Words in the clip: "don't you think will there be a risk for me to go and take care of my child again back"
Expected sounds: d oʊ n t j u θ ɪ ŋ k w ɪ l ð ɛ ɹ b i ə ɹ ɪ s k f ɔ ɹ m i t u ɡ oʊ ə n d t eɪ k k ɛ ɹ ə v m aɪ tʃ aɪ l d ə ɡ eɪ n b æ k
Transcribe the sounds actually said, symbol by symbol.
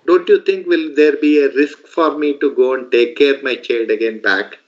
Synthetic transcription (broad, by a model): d oʊ n t j u t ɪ ŋ k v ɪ l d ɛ ɹ b i ə ɹ ɪ s k f ɔ ɹ m i t u ɡ oʊ ə n d t eɪ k k ɛ ɹ m aɪ tʃ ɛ d ə ɡ eɪ n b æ k